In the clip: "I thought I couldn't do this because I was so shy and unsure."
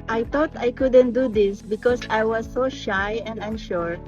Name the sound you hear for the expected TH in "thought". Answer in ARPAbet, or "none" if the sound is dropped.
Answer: T